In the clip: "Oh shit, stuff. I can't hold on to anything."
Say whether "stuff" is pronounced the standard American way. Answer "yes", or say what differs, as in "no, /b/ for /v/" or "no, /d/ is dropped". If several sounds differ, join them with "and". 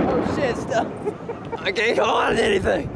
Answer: no, /f/ is dropped